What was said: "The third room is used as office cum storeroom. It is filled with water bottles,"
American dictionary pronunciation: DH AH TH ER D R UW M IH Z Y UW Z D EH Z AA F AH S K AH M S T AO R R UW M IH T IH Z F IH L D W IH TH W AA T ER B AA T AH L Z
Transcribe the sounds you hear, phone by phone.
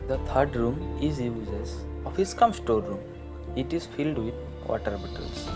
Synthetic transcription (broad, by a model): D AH T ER D R UW M IH Z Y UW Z EH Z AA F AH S K AH M S T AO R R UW M IH T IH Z F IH L D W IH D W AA T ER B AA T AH L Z